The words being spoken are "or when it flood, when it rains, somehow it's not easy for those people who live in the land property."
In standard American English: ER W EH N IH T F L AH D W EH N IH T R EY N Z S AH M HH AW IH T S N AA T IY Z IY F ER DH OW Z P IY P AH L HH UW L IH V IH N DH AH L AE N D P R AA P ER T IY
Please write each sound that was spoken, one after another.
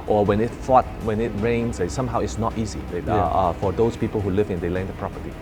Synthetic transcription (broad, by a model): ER W EH N IH T F AO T W EH N IH T R EY N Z S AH M HH AW IH T S N AA T IY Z IY F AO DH OW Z P IY P AH L HH UW L IH V IH N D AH L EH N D P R AA P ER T IY